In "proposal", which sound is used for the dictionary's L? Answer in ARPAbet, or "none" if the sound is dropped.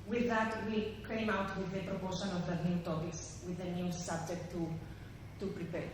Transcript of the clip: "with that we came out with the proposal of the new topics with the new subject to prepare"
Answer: N